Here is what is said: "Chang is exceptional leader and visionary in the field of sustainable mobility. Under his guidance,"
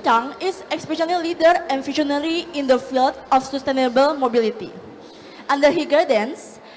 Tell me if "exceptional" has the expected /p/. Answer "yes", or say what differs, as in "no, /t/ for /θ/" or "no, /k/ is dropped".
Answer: no, /p/ is dropped